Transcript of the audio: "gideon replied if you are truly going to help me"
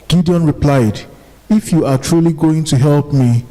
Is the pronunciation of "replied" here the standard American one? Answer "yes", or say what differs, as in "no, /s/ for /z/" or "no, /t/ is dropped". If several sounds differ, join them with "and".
yes